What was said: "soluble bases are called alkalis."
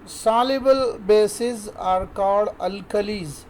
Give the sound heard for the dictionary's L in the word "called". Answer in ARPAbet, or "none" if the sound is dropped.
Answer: none